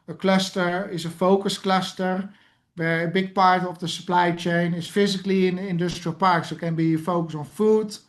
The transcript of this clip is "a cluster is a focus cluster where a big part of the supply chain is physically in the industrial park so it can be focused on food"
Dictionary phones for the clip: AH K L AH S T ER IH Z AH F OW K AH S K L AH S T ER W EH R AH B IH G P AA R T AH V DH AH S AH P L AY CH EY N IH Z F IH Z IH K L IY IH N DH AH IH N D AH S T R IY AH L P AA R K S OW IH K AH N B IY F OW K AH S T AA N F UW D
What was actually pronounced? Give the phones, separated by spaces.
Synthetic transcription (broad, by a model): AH K L AH S T ER IH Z AH F OW K AH S K L AH S T ER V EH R AH B IH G P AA R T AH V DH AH S AH P L AY CH EY N IH S F IH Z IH K L IY IH N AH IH N D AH S T R IY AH L P AA R K S OW K AH N B IY F OW K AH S AA N F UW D